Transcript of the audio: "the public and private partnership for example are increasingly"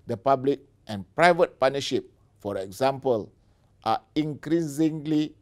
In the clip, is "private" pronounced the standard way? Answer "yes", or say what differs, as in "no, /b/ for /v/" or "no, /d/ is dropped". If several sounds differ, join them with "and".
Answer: yes